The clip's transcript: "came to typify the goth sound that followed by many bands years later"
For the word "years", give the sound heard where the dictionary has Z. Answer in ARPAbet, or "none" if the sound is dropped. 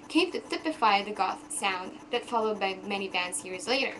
Z